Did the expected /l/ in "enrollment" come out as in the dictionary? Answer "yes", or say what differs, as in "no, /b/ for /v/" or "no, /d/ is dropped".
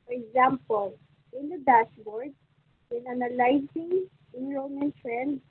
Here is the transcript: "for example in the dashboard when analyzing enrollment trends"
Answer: no, /l/ is dropped